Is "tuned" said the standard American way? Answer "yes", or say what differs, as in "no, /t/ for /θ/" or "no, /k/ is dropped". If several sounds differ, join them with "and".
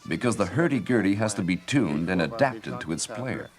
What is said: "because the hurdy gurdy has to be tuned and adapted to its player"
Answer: yes